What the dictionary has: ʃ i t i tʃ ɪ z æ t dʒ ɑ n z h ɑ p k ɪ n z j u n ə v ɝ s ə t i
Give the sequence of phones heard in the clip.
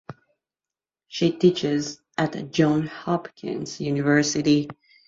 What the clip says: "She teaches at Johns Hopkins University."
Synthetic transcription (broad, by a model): ʃ i t i tʃ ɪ z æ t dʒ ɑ n h ɑ p k ɪ n z j u n ə v ɝ s ə t i